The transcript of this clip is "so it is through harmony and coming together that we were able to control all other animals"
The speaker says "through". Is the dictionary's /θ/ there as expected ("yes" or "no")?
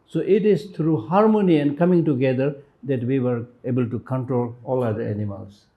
no